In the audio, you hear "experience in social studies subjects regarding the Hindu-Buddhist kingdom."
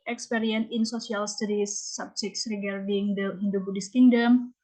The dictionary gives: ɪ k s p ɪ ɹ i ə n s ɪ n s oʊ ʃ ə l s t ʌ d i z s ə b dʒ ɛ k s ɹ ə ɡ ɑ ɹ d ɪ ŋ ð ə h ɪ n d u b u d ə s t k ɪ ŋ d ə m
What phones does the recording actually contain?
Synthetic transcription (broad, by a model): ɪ k s p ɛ ɹ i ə n ɪ n s oʊ s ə l s t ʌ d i s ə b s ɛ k s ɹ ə ɡ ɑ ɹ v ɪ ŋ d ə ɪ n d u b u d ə s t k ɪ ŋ d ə m